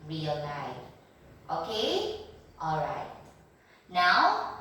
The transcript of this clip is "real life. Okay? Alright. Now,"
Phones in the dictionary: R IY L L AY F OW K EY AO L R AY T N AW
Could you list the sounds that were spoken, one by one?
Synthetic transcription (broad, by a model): R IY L N AY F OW K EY AO L R AY T N AW